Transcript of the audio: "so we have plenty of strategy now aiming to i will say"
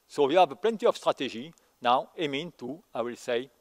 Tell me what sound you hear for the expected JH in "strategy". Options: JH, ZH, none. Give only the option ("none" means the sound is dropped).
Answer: ZH